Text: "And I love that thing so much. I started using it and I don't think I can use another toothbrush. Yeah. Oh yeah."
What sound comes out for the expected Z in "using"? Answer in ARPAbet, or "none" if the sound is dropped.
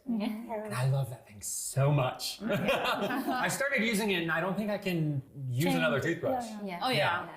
Z